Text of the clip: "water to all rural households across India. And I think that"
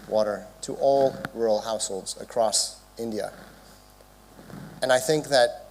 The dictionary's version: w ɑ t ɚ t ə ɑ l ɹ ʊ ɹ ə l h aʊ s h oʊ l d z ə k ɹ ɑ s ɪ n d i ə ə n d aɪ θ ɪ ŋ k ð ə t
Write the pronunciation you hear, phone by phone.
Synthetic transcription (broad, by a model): w ɑ t ɚ t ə ɑ l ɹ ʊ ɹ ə l h aʊ s h oʊ l d z ə k ɹ ɑ s ɪ n d i ə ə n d aɪ θ ɪ ŋ k ð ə t